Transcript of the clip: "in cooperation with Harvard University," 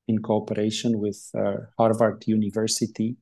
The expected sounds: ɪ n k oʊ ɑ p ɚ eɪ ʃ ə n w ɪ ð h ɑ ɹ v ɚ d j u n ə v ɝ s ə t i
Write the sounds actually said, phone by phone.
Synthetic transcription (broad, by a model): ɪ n k oʊ ɑ p ɚ eɪ ʃ ə n w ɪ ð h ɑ ɹ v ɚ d j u n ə v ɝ s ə t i